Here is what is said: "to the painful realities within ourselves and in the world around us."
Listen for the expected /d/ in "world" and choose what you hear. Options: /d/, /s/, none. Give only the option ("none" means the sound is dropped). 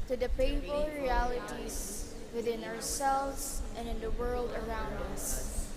/d/